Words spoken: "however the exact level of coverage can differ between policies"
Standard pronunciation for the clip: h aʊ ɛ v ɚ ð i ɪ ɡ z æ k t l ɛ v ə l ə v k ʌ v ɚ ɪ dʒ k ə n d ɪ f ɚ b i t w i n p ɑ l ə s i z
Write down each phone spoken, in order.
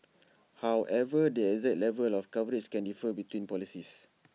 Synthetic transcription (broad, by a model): h aʊ ɛ v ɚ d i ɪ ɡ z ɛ t l ɛ v ə l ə f k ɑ v ɚ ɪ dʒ k ə n d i f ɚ b i t w i n p ɑ l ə s i s